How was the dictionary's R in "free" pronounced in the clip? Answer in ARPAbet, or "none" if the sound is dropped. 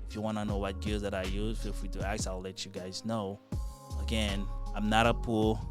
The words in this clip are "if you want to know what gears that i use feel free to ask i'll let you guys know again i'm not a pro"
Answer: W